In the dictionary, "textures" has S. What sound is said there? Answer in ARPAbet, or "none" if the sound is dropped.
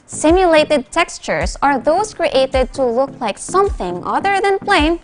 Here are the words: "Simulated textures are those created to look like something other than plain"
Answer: S